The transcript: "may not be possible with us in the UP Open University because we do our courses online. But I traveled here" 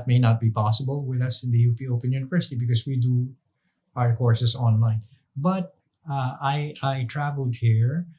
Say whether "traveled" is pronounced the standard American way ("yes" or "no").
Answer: yes